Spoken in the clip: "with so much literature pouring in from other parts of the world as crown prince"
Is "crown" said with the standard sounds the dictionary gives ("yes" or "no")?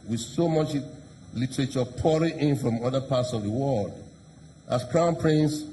yes